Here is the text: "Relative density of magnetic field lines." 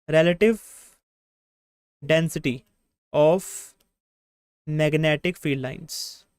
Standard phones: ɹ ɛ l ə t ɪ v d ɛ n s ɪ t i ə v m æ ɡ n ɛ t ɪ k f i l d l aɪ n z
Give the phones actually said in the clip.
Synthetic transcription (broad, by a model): ɹ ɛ l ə t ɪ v d ɛ n s ɪ t i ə f m æ ɡ n ɛ t ɪ k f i d l aɪ n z